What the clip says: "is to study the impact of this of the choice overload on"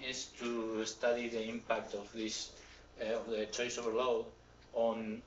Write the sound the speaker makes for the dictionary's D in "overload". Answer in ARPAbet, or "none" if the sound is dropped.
none